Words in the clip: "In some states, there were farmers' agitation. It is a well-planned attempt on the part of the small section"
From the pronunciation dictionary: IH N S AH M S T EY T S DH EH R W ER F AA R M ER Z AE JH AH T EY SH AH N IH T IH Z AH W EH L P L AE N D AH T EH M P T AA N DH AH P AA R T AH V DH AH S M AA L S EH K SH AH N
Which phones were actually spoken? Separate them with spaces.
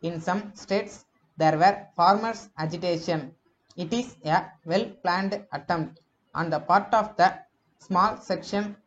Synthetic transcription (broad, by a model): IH N S AH M S T EY T S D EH R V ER F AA R M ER S AE JH AH T EY SH AH N IH T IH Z AH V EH L P L AE N D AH T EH M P T AA N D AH P AA R T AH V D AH S M AA L S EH K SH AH N